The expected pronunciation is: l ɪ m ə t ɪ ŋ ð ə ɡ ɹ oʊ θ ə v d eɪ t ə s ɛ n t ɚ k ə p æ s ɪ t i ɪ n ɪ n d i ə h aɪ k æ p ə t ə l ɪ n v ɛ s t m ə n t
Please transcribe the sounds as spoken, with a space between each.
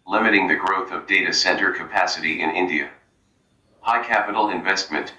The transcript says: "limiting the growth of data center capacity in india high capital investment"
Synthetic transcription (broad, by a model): l ɪ m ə t ɪ ŋ ð ə ɡ ɹ oʊ θ ə v d eɪ t ə s ɛ n t ɚ k ə p æ s ɪ t i ɪ n ɪ n d i ə h aɪ k æ p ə t l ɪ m v ɛ s t m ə n t